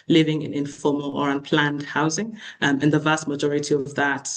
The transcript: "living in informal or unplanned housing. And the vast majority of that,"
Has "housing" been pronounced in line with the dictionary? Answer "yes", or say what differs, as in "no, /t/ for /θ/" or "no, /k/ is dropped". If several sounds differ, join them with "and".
yes